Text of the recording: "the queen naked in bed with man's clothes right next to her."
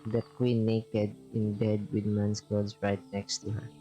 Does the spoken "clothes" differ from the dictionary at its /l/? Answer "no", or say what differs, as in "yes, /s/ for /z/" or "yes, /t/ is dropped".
yes, /l/ is dropped